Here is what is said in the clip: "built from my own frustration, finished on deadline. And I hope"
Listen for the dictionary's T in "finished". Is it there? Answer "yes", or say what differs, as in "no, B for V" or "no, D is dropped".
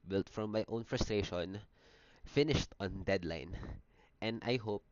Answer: yes